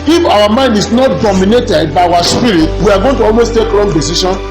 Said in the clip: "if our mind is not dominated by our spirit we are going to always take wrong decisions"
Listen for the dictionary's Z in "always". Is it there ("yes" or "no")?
no